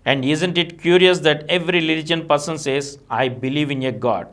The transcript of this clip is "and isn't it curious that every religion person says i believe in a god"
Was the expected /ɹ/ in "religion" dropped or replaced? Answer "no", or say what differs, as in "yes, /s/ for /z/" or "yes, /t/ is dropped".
yes, /l/ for /ɹ/